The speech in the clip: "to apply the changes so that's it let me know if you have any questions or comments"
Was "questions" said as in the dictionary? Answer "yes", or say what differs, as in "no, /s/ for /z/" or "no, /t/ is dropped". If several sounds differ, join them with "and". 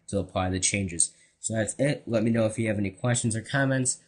yes